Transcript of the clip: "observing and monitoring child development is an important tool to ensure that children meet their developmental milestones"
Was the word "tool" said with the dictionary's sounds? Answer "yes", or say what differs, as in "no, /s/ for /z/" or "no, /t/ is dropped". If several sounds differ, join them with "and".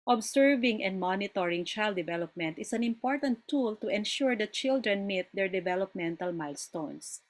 yes